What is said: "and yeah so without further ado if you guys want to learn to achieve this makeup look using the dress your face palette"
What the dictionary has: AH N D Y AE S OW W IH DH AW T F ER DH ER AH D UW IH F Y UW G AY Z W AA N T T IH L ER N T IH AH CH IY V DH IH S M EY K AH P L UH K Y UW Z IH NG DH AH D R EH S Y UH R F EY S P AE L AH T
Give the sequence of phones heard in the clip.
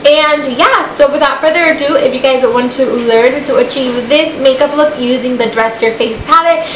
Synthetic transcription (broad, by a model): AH N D Y AE S OW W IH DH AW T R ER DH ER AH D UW IH F Y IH G AY Z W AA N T T IH L ER N T IH AH CH IY V DH IH S M EY K AH P L UH K Y UW Z IH NG DH AH D R EH S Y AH R F EY S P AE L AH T